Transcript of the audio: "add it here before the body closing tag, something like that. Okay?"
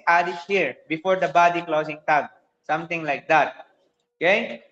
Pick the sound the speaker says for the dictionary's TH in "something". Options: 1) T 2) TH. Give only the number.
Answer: 1